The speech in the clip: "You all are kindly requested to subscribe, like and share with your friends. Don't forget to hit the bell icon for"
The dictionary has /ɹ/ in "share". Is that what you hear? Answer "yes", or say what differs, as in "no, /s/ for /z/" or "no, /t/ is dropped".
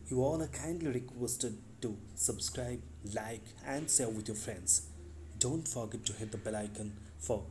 no, /l/ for /ɹ/